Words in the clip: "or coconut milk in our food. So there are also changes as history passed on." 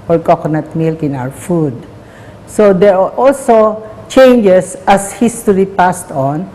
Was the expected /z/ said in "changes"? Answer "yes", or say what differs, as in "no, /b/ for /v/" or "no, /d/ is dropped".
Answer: no, /s/ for /z/